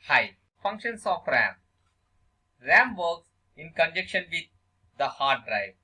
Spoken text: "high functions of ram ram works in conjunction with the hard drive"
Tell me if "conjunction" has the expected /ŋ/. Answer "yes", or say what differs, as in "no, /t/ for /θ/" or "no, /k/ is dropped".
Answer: no, /ŋ/ is dropped